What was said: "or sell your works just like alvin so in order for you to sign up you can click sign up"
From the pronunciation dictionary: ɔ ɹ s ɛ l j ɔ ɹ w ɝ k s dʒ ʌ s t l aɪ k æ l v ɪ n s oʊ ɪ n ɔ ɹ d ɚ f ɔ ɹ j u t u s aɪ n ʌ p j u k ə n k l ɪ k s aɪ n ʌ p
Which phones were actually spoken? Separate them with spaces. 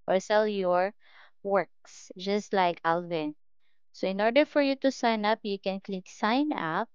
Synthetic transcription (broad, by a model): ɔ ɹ s ɛ l j ɔ ɹ w ɝ k s dʒ ʌ s t l aɪ k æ l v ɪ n s oʊ ɪ n ɔ ɹ d ɚ f ɔ ɹ j u t u s aɪ n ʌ p j u k ə n k l ɪ k s aɪ n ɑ p